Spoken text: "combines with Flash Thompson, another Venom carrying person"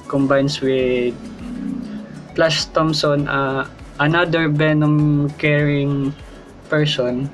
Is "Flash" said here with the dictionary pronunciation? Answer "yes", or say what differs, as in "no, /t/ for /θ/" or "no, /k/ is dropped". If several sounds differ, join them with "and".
no, /s/ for /ʃ/